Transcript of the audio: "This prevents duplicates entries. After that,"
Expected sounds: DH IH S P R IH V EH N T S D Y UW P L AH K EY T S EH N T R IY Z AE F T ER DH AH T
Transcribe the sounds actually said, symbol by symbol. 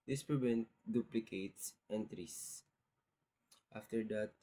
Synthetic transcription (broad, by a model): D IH S P R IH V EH N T D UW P L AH K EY T S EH N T R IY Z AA F T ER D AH T